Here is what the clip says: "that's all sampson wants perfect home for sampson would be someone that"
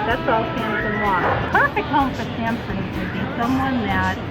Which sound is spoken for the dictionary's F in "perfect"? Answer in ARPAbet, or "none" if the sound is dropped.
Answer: none